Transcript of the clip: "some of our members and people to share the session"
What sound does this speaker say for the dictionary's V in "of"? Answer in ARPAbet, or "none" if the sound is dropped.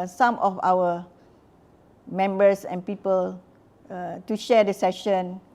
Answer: F